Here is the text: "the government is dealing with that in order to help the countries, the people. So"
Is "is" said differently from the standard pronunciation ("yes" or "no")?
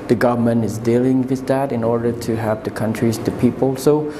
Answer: no